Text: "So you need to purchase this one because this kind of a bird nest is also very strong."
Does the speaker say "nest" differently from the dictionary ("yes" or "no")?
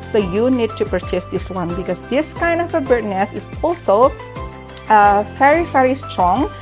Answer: yes